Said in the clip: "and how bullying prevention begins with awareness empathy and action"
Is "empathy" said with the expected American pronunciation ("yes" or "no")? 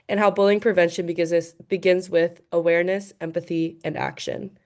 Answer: yes